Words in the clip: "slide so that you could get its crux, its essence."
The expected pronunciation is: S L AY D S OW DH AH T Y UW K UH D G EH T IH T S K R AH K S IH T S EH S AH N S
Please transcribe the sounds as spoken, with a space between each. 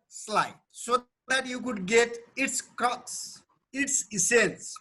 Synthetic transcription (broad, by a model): S L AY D S OW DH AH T Y UW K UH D G EH T IH T S K AH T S IH T S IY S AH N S